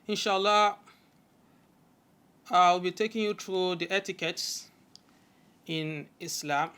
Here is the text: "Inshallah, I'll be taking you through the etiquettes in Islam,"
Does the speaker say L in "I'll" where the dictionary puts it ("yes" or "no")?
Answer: no